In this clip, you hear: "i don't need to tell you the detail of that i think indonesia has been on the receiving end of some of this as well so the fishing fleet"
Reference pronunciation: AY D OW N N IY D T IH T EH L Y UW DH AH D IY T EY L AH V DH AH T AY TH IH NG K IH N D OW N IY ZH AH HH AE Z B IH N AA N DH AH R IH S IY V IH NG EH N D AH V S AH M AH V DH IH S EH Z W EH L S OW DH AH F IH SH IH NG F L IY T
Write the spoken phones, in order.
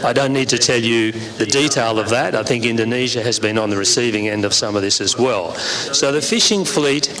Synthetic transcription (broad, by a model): AY D OW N N IY D T IH T EH L Y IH DH AH D IY T EY L AH V DH AH T AY TH IH NG K IH N D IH N IY ZH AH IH Z B IH N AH N DH AH R IH S IY V IH NG EH N D AH V S AH M AH V DH IH S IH Z W EH L S OW DH AH F IH SH IH NG F L IY T